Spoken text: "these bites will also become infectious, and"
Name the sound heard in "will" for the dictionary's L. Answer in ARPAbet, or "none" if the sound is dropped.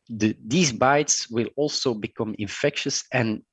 L